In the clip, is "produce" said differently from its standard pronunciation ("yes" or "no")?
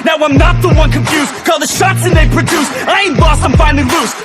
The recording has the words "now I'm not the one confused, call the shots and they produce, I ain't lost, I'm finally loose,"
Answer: no